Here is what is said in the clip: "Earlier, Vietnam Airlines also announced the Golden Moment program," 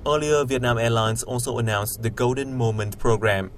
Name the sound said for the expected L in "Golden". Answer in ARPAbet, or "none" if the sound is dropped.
L